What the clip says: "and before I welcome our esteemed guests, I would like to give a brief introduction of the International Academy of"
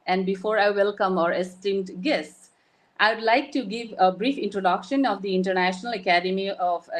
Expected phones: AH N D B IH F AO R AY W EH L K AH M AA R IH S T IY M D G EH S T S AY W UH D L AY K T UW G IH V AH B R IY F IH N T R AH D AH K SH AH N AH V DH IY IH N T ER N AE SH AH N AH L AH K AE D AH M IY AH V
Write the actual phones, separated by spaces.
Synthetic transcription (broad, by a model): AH N D B IH F AO R AY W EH L K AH M AA R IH S T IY M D G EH S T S AY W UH D L AY K T UW G IH V AH B R IY F IH N T R AH D AH K SH AH N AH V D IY IH N T ER N AE SH AH N AH L AH K AE D AH M IY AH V